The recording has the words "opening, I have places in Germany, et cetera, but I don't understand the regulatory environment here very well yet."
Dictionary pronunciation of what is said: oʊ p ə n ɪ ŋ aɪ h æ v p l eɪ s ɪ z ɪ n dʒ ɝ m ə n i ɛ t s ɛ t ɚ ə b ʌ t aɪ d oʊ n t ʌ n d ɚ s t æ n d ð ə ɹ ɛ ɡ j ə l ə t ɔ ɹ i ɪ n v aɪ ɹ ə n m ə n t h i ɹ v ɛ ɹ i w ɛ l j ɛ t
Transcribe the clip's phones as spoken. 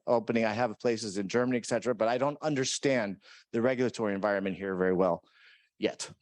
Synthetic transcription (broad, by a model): oʊ p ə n ɪ ŋ aɪ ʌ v p l eɪ s ɪ z ɪ n dʒ ɝ m ə n i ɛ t s ɛ t ɚ ə b ʌ t aɪ d oʊ n t ʌ n d ɚ s t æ n ð ə ɹ ɛ ɡ j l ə t ɔ ɹ i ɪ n v aɪ ɹ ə n m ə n t h i ɹ v ɛ ɹ i w ɛ l j ɛ t